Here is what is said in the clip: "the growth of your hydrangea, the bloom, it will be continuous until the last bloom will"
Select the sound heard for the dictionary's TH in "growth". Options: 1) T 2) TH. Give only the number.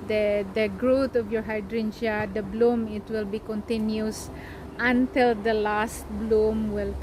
1